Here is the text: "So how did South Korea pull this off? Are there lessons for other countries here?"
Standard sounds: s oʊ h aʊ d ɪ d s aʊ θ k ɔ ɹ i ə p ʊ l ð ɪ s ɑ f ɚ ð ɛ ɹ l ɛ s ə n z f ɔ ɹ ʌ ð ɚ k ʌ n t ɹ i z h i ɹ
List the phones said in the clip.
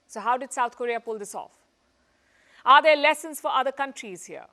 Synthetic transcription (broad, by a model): s oʊ h aʊ d ɪ d s aʊ t k ɔ ɹ i ə p ʊ l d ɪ s ɑ f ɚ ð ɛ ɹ l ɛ s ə n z f ɔ ɹ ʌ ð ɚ k ʌ n t ɹ i z h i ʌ